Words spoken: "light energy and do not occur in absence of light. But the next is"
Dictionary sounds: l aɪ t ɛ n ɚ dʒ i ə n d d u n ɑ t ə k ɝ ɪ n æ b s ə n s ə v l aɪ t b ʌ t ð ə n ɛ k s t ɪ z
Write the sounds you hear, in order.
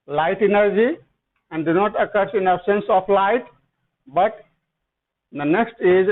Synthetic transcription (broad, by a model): l aɪ t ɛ n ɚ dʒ i ə n d d u n ɑ t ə k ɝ ɪ n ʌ s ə n s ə p l aɪ t b ʌ t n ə n ɛ k s t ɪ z